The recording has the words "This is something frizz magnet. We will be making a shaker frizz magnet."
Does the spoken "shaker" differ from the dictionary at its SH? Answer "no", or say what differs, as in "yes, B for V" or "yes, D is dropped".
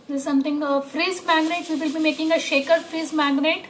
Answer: no